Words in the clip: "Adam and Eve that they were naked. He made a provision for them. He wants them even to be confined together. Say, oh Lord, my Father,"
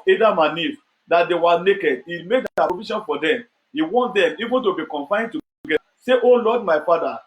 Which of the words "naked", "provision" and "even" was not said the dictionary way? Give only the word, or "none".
provision